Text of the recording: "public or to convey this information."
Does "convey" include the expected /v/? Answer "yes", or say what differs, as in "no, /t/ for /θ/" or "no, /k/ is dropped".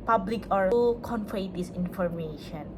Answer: no, /f/ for /v/